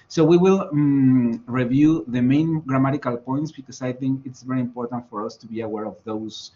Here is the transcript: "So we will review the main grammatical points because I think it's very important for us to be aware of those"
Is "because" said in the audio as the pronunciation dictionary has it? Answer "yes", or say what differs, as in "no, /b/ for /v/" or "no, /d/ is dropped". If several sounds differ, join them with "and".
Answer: no, /s/ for /z/